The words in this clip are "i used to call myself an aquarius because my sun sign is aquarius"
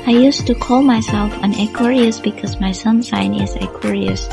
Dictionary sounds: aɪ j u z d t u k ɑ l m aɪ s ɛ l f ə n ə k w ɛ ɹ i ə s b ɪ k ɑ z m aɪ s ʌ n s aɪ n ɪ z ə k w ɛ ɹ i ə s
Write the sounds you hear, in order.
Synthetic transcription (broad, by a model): aɪ j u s t u k ɑ l m aɪ s ɛ l f ə n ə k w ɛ ɹ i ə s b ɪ k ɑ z m aɪ s ʌ n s aɪ n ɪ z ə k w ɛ ɹ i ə s